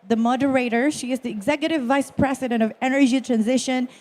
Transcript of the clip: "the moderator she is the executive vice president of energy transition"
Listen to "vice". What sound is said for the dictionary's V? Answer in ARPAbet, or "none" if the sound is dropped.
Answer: V